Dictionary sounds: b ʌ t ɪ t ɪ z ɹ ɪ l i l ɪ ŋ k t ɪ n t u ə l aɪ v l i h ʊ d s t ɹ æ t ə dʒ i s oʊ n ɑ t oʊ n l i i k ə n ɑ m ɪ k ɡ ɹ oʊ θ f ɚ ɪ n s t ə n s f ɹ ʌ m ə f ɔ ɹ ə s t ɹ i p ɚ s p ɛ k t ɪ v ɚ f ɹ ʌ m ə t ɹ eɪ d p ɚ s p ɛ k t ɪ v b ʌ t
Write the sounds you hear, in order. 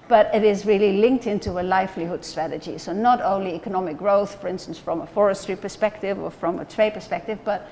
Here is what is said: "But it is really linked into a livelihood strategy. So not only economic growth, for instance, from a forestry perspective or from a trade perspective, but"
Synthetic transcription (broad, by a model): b ʌ t ɪ t ɪ z ɹ ɪ l i l ɪ ŋ k t ɪ n t u ə l aɪ f l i h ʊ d s t ɹ æ t ə dʒ i s oʊ n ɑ t oʊ n l i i k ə n ɑ m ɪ k ɡ ɹ oʊ θ f ɚ ɪ n s t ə n s f ɹ ʌ m ə f ɔ ɹ ə s t ɹ i p ɚ s p ɛ k t ɪ v ɚ f ɹ ʌ m ə t ɹ eɪ d p ɚ s p ɛ k t ɪ v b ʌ t